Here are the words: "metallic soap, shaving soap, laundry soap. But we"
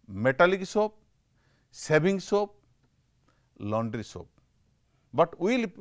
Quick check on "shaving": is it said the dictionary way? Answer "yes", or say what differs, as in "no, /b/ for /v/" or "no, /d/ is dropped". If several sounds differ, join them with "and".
no, /s/ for /ʃ/ and /b/ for /v/